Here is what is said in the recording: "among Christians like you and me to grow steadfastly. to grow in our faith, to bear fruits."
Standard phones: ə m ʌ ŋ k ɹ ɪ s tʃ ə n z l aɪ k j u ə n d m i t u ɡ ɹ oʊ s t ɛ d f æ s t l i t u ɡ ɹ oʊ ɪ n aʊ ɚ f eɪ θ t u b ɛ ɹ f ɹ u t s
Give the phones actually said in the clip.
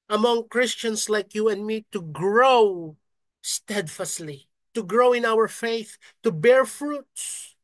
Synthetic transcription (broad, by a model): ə m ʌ ŋ k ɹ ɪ s tʃ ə n s l aɪ k j u ə n d m i t u ɡ ɹ oʊ s t ɛ d f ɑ s l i t u ɡ ɹ oʊ ɪ n aʊ ɚ f eɪ θ t u b ɛ ɹ f ɹ u t s